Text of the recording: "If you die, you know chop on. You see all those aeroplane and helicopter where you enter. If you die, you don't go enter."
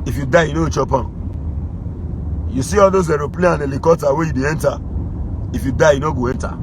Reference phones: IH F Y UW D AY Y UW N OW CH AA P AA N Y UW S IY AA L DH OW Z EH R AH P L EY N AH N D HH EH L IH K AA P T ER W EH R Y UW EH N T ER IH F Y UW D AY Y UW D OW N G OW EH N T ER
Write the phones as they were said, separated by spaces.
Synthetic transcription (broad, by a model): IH F Y UW D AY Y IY N OW CH AA P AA Y UW S IY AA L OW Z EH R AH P L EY AH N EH L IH K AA T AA W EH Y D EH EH N T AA IH F Y UW D AY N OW G OW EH N T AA